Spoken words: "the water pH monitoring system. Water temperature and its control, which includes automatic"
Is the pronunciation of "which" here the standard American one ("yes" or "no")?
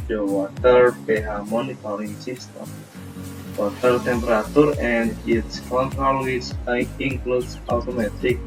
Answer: no